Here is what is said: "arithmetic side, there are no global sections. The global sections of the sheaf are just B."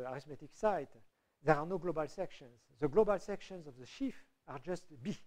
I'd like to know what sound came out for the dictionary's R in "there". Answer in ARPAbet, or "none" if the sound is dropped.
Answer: R